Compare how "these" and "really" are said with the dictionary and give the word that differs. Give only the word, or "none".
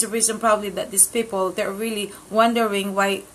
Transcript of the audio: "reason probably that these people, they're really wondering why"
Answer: these